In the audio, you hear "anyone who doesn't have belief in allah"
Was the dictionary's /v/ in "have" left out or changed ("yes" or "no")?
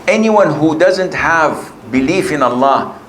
no